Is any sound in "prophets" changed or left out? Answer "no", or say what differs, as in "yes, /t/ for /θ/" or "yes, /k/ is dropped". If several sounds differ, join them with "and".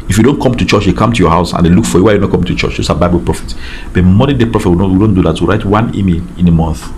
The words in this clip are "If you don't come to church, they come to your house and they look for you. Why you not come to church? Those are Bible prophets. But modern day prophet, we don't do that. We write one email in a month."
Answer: yes, /s/ is dropped